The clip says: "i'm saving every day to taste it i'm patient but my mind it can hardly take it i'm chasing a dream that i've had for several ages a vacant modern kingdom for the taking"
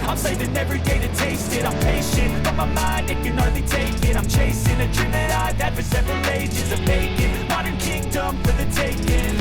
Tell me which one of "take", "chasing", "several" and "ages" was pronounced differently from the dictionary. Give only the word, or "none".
none